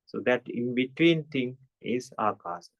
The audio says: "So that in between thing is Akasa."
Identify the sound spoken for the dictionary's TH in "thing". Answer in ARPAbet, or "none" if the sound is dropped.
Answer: T